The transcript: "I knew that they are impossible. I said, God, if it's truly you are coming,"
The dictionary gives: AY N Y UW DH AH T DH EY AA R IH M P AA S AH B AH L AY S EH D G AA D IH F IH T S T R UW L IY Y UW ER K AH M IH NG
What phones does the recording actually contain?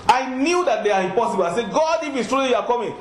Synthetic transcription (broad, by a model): AY N Y UW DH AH T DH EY AA R IH M P AA S AH B AH L AY S EH G AA D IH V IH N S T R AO IY Y UW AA K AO M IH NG